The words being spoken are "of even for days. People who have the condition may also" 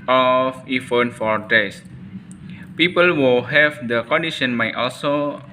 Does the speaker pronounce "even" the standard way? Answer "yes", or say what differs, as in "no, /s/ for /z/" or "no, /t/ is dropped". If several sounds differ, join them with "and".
no, /f/ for /v/